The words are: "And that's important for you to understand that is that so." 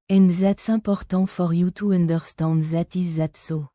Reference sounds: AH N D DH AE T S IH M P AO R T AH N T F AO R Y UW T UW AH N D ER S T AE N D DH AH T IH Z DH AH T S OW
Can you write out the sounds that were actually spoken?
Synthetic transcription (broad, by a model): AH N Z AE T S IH P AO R T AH F AO R Y UW T UW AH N D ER S T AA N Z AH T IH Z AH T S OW